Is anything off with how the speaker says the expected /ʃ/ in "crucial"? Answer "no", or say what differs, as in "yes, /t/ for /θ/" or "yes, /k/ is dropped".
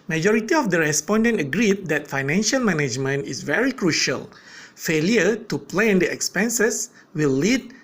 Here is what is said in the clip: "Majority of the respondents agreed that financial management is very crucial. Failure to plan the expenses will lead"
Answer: no